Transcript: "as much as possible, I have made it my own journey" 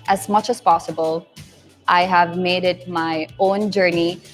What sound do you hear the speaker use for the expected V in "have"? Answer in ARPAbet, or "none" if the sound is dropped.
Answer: V